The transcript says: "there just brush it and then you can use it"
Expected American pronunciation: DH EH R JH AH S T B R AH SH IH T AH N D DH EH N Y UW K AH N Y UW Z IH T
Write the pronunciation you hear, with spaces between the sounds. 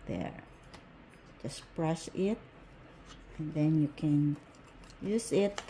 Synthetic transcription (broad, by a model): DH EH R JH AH S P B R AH S IH T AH N DH EH N Y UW K AH N Y UW Z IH T